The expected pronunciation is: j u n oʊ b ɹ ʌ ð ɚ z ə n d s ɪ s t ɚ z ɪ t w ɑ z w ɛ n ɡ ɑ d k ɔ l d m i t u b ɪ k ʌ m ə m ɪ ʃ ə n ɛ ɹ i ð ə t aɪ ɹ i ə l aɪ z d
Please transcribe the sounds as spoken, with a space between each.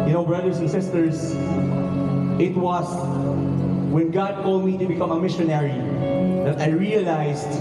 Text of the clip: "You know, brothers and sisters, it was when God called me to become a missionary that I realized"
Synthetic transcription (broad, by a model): j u n oʊ b ɹ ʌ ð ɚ s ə n s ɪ s t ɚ s ɪ t w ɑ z w ɛ n ɡ ɑ d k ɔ l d m i t u b ɪ k ʌ m ə m ɪ ʃ ə n ɛ ɹ i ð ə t aɪ ɹ i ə l aɪ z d